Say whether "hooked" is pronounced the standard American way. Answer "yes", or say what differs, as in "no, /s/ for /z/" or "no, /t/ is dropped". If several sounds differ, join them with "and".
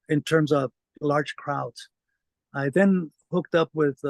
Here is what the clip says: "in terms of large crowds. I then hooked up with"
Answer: yes